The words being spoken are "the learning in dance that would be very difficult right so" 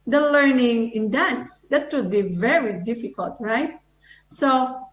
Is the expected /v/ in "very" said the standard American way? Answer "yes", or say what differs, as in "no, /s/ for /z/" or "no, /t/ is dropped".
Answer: yes